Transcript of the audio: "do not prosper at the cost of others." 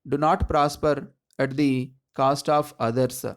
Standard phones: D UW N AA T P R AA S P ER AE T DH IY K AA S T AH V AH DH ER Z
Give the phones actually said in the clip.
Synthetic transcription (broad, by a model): D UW N AA T P R AA S P ER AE T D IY K AA S T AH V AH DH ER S